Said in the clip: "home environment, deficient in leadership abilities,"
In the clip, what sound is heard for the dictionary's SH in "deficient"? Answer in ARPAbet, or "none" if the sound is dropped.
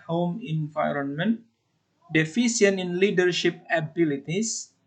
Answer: S